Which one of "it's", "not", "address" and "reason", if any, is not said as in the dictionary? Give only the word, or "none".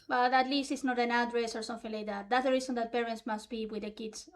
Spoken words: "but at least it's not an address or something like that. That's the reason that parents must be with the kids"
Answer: reason